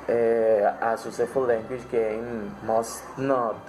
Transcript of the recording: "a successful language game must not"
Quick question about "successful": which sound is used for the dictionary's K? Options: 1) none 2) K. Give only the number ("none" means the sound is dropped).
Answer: 1